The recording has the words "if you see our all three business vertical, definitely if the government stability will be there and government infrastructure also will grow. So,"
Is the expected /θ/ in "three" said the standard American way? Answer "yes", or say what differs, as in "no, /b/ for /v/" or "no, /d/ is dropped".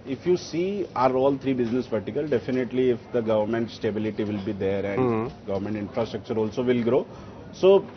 no, /t/ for /θ/